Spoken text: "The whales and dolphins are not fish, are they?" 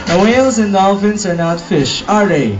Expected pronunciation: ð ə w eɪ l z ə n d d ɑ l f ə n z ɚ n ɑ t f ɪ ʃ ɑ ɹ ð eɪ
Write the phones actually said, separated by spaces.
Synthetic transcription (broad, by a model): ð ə w eɪ l z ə n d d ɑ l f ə n s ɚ n ɑ t f ɪ ʃ ɑ ɹ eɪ